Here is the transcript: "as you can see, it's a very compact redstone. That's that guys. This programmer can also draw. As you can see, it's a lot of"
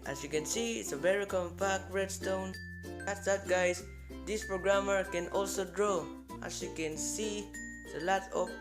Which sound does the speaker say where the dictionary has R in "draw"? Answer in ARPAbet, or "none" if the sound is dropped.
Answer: R